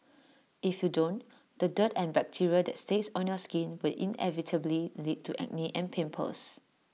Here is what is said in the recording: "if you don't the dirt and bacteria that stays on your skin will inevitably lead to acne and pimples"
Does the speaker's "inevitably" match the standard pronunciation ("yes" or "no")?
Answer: yes